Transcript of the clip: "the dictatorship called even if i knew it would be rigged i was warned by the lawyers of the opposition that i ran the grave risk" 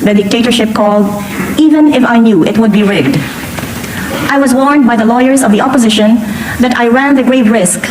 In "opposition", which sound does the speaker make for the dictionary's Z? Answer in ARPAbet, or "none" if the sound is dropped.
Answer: Z